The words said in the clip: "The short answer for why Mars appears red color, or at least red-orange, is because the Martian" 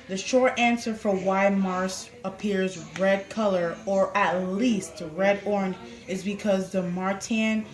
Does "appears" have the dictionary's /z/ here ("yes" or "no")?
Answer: yes